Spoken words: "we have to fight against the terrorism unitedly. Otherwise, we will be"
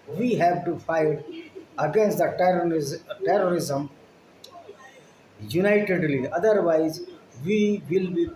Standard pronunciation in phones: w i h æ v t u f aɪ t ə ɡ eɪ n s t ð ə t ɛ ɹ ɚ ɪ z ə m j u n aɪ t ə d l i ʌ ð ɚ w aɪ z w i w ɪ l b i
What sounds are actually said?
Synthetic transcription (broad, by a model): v i h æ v t u f aɪ t ə ɡ eɪ n s t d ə t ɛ ɹ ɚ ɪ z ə m j u n aɪ t ə d l i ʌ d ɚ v aɪ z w i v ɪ l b i